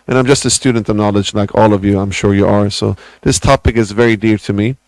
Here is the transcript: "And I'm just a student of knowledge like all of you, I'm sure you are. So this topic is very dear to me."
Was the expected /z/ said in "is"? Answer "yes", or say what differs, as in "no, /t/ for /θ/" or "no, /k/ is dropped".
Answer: yes